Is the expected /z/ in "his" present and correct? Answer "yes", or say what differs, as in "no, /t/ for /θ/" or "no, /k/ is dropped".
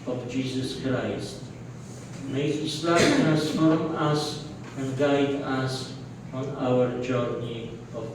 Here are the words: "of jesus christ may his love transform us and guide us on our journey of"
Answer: no, /s/ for /z/